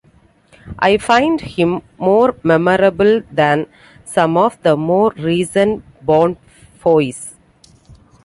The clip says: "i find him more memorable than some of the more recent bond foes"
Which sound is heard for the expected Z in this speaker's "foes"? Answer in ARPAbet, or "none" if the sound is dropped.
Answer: S